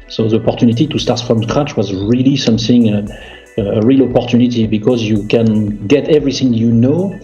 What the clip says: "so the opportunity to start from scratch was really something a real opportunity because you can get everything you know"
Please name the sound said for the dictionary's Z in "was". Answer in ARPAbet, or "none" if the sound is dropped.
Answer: Z